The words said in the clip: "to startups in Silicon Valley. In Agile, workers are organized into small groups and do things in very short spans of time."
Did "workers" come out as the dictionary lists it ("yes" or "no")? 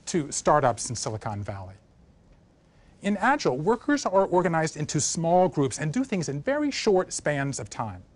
yes